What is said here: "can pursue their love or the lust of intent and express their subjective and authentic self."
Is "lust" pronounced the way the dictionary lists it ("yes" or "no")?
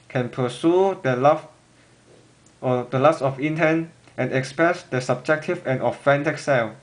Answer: no